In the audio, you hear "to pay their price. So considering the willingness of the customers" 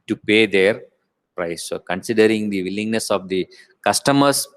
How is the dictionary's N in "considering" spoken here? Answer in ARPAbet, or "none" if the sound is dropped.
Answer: N